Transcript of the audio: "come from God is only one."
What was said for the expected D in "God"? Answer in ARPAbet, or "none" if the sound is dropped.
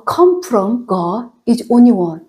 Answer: none